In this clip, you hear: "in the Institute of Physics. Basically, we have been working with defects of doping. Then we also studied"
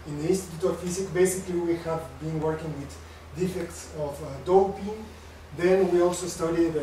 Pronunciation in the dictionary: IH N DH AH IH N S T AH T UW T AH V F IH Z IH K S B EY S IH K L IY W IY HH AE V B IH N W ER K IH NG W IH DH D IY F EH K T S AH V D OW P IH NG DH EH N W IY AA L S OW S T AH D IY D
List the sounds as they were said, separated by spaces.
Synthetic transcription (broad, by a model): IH N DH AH IH N S T AH T UW T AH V F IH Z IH K B EY S IH K L IY W IY HH AE V B IH N W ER K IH NG W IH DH D IY F EH K T S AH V D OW P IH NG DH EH N W IY AA L S OW S T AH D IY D